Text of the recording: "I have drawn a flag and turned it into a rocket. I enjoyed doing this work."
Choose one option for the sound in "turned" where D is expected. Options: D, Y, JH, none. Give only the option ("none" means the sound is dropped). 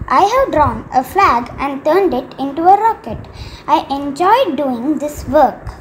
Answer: D